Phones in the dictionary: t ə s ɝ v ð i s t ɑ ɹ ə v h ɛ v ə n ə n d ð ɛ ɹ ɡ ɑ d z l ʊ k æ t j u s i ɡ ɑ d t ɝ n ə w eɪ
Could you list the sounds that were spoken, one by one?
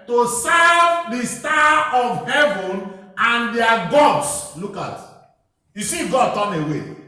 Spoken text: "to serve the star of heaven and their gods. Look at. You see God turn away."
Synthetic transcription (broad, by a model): t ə s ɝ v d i s t ɑ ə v h ɛ v ə n ə n d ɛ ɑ ɡ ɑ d s l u k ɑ t j u s i ɡ ɑ d t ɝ n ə w eɪ